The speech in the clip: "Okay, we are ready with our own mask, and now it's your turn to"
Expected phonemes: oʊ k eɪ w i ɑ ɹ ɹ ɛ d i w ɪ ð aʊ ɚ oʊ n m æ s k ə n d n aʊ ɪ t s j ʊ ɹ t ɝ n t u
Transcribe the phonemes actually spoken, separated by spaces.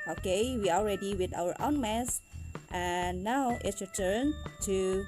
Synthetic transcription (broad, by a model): oʊ k eɪ w i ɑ l ɹ ɛ d i w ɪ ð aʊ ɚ oʊ n m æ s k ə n n aʊ ɪ t s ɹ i t ɝ n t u